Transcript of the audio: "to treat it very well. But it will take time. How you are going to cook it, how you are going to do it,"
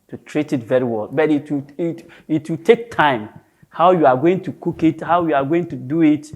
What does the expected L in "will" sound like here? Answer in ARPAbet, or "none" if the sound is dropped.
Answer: W